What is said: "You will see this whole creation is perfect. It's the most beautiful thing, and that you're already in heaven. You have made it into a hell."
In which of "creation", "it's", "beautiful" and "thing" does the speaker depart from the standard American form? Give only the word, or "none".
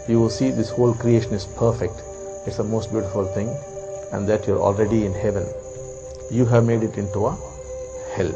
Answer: thing